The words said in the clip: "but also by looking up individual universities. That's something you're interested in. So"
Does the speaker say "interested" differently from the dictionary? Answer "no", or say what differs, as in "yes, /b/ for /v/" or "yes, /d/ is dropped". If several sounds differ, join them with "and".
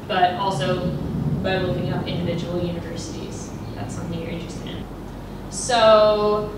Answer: yes, /d/ is dropped